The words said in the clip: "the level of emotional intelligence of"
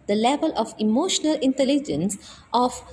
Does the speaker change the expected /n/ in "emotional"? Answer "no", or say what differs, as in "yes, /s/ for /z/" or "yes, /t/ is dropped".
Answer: no